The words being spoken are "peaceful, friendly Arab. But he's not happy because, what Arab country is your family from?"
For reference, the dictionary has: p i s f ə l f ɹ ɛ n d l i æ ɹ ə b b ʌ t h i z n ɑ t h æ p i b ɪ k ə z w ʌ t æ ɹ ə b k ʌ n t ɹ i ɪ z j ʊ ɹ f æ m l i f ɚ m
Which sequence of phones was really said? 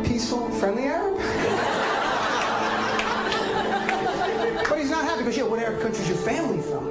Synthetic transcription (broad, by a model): p i s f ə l f ɹ ɛ n d l i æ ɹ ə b b ʌ t h i z n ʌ t h æ p i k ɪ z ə w ʌ t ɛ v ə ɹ k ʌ n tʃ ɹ i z j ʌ ɹ f æ m l i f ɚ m